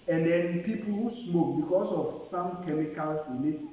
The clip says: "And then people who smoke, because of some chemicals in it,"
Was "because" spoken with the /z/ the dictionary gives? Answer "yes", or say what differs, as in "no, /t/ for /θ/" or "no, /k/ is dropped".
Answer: no, /s/ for /z/